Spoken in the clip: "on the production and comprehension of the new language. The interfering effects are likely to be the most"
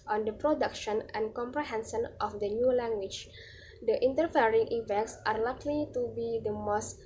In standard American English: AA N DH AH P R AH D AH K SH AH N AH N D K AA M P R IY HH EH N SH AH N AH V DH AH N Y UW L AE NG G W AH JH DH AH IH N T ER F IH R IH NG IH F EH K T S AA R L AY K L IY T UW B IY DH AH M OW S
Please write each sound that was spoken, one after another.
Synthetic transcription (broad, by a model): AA N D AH P R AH D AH K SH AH N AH N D K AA M P R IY HH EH N S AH N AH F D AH N Y UW L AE NG G W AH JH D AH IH N T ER F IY R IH NG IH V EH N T S AA R L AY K L IY T UW B IY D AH M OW S